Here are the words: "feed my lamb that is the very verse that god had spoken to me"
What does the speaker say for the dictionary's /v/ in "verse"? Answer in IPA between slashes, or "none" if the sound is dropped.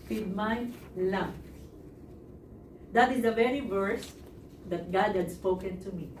/v/